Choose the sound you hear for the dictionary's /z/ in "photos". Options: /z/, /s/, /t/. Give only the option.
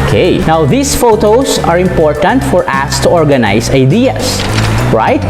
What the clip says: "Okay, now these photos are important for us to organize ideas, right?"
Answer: /s/